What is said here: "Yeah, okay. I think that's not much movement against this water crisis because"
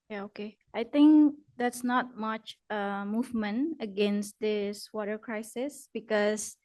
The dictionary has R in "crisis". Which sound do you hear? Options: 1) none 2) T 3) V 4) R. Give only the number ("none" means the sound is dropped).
4